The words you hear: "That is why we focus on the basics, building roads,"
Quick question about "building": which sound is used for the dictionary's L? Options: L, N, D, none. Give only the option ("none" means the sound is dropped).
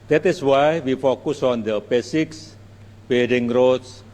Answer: none